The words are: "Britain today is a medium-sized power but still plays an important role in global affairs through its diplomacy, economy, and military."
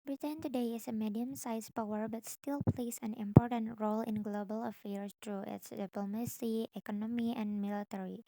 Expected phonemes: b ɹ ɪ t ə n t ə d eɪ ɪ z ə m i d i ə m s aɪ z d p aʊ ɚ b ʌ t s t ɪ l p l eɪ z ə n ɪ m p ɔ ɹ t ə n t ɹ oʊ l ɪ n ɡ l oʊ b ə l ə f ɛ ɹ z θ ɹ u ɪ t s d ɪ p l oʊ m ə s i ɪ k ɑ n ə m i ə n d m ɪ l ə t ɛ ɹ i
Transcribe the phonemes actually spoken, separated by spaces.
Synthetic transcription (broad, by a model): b ɹ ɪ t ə n t ə d eɪ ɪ s ə m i d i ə m s aɪ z p aʊ ɚ b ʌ t s t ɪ l p l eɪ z ə n ɪ m p ɔ ɹ t ə n t ɹ oʊ l ɪ n ɡ l oʊ b ə l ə f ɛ ɹ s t ɹ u ɪ t s d ɪ p l oʊ m ə s i ɪ k ɑ n ə m i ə n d m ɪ l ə t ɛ ɹ i